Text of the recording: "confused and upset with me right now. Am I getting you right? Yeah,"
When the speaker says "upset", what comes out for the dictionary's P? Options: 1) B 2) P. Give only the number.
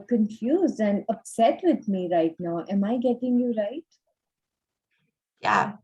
2